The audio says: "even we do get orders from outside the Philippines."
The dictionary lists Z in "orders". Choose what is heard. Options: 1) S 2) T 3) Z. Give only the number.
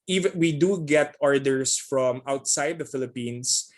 1